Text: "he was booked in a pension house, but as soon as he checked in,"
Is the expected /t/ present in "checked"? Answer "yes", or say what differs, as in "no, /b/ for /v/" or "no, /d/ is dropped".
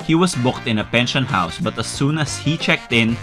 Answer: yes